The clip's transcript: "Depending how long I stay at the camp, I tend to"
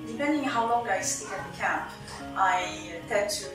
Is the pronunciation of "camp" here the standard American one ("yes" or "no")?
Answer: yes